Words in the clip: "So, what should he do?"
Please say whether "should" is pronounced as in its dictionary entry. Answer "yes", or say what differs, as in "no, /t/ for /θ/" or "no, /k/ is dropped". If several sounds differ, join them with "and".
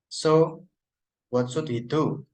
no, /s/ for /ʃ/